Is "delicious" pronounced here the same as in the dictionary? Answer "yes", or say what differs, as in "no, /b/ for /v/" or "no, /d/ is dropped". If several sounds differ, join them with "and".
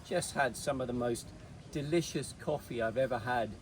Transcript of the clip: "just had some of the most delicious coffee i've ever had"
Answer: yes